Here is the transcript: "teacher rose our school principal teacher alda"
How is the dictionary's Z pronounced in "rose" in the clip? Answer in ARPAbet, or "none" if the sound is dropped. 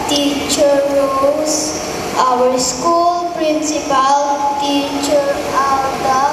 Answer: S